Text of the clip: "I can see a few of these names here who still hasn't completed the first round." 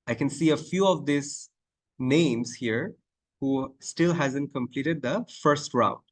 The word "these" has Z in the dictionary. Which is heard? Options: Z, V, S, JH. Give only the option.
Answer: S